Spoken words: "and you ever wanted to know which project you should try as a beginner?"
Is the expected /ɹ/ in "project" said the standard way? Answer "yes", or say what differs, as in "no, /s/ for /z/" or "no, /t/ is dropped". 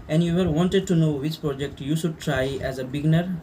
yes